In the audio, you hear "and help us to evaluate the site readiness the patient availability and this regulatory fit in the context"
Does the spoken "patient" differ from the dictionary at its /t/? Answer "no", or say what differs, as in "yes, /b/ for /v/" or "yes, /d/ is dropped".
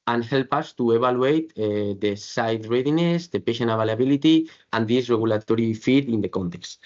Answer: yes, /t/ is dropped